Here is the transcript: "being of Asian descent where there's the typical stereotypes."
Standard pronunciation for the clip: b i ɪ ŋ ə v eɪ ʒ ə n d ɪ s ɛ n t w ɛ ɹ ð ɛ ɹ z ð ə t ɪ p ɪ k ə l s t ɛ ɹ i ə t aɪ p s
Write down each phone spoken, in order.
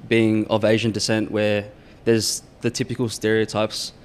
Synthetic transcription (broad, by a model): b i ɪ ŋ ə v eɪ ʒ ə n d ɪ s ɛ n t w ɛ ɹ ð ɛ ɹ z ð ə t ɪ p ɪ k ə l s t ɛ ɹ i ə t aɪ p s